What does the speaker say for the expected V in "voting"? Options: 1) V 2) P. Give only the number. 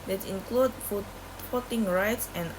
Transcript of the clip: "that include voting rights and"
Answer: 2